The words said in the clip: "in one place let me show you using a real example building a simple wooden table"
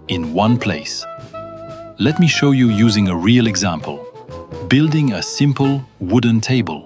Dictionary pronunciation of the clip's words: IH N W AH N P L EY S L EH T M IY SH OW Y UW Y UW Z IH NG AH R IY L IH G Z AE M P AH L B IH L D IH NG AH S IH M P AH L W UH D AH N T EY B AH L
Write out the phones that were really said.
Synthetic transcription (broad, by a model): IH N W AH N P L EY S L EH T M IY SH OW Y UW Y UW Z IH NG AH R IY L IH G Z AE M P AH L B IH L D IH NG AH S IH M P AH L W UH D N T EY B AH L